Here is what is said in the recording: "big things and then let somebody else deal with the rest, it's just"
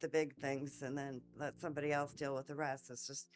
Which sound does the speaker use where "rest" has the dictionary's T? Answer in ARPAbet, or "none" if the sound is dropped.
none